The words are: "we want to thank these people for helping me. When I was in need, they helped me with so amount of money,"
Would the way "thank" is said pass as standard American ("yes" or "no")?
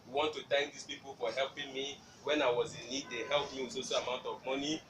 no